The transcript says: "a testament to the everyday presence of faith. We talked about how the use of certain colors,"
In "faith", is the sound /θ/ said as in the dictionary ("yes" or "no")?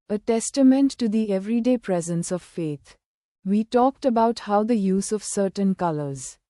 no